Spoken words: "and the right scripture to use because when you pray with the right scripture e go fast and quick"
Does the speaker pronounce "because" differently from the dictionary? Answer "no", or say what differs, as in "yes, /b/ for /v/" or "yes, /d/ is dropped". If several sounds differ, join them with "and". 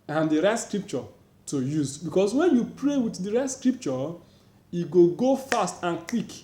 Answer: yes, /s/ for /z/